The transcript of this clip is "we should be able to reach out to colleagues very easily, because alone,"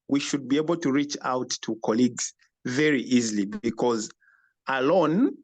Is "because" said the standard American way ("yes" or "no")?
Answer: yes